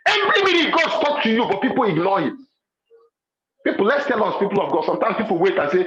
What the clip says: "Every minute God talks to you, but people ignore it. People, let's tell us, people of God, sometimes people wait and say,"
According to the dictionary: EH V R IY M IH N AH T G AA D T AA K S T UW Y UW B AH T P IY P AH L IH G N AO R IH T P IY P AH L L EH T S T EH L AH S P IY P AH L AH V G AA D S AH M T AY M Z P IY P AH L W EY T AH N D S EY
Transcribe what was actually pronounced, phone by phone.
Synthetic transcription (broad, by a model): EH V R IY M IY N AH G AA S T AA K T UW Y UW B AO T P IY P AH L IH G N AO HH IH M P IY P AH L L EH T S T EH L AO S P IY P AH L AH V G AA D S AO M T AY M S P IY P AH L W EY T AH N S EY